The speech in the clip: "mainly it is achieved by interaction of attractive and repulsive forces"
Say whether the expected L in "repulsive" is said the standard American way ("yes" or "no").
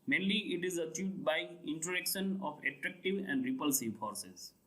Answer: yes